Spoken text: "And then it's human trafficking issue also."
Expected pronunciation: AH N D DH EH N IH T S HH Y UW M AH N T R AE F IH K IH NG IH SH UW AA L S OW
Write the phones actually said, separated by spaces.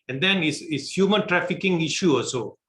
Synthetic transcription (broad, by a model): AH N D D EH N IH S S HH Y UW M AH N T R AE F IH K IH NG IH SH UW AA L S OW